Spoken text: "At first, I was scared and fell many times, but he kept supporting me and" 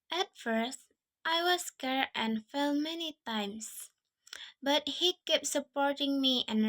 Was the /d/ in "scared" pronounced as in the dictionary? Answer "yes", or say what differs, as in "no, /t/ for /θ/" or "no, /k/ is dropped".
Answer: no, /d/ is dropped